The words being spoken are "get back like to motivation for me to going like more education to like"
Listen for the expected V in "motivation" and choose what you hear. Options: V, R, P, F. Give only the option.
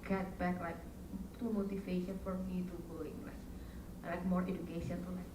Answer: F